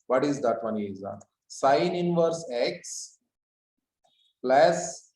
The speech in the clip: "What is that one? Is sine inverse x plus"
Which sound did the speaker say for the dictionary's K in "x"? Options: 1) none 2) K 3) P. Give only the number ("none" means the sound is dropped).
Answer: 2